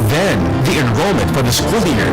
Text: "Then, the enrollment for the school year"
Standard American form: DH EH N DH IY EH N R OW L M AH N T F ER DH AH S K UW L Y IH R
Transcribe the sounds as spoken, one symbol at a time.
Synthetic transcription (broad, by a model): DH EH N DH IY EH N R OW L M AH N T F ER DH AH S K UW L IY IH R